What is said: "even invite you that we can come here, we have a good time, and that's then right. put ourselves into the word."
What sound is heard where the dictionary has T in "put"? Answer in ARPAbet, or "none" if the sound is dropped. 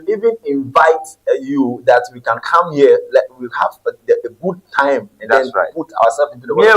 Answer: none